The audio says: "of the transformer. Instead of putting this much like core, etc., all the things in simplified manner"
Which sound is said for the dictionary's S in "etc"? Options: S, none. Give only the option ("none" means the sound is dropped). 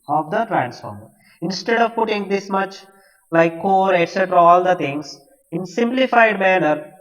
S